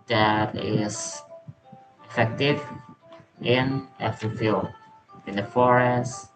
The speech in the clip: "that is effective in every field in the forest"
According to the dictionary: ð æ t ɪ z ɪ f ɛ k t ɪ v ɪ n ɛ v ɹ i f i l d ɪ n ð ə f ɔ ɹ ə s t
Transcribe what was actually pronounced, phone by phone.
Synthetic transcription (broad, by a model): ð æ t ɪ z ɪ f ɛ k t ɪ v ɪ n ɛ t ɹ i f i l ɪ n ð ə f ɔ ɹ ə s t